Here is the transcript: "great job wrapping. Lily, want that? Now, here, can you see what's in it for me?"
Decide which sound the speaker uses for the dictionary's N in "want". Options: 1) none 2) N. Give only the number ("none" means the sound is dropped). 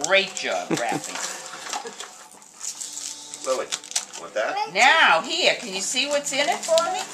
1